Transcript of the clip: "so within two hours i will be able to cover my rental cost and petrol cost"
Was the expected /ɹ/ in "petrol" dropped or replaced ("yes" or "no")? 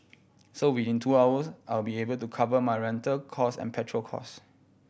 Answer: no